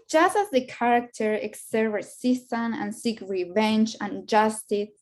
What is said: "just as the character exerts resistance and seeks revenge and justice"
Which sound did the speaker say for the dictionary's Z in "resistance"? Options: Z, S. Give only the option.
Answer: S